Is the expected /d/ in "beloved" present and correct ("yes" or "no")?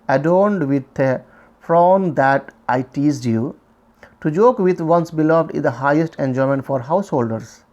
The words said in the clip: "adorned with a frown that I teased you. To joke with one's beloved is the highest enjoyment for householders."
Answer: yes